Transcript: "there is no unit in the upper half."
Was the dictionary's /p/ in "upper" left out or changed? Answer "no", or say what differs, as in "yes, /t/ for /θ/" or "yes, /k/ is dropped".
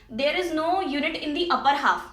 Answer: no